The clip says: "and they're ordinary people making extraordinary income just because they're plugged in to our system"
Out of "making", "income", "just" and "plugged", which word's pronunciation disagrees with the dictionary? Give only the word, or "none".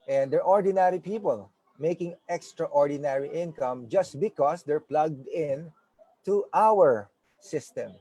none